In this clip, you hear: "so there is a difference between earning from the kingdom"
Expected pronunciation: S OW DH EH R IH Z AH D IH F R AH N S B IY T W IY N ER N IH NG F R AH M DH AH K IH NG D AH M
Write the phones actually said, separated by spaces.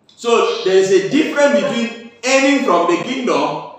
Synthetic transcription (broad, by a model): S OW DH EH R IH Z AH D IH F R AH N B IY T W IY N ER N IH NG F R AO M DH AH K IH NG D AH M